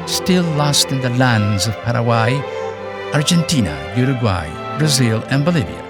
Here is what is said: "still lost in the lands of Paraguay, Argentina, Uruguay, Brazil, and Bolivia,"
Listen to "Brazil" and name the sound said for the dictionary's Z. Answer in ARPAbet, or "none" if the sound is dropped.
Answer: Z